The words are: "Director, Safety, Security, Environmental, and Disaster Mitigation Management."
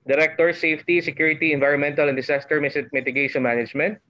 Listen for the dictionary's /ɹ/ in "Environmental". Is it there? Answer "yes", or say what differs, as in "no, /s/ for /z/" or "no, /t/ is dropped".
yes